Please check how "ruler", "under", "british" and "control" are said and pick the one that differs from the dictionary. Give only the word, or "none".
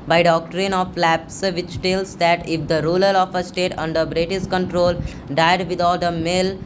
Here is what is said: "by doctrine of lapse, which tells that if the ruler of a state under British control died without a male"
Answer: british